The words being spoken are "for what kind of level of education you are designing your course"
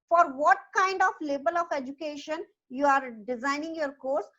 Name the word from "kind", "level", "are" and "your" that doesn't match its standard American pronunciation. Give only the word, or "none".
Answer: level